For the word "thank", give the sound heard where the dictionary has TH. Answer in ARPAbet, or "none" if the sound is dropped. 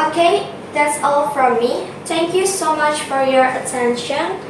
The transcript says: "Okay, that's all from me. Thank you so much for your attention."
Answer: T